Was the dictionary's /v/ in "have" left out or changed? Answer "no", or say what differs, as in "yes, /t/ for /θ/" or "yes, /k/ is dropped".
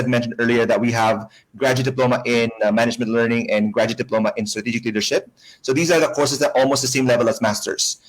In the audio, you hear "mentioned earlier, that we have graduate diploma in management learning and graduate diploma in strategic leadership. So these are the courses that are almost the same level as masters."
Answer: no